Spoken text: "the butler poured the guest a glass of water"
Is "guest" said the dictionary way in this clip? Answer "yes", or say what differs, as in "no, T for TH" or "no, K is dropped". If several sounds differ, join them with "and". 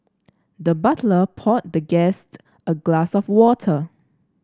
yes